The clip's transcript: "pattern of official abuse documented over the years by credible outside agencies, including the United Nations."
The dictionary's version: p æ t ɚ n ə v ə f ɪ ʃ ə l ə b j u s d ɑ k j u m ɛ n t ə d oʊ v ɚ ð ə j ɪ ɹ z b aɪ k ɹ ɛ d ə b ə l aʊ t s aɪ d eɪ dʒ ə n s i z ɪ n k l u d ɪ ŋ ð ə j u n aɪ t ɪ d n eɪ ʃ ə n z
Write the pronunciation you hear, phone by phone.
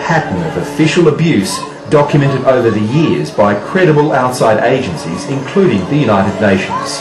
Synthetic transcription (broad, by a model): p æ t n ə v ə f ɪ ʃ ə l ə b j u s d ɑ k j u m ɛ n t ə d oʊ v ɚ ð ə j ɪ ɹ z b aɪ k ɹ ɛ d ə b ə l aʊ t s aɪ d eɪ dʒ ə n s i z ɪ n k l u d ɪ ŋ ð ə j u n aɪ t ɪ d n eɪ ʃ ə n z